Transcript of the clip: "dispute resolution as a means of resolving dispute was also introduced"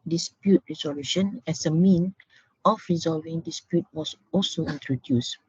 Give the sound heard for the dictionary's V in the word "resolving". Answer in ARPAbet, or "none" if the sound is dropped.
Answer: V